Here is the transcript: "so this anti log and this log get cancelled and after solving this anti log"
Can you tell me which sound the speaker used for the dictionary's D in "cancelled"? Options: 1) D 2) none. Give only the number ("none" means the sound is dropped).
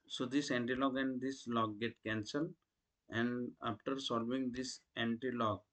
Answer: 2